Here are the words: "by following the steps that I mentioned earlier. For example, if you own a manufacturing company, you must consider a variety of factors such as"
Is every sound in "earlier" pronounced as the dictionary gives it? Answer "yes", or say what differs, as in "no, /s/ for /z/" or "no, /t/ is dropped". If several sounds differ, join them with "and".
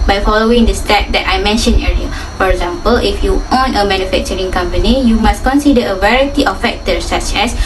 no, /l/ is dropped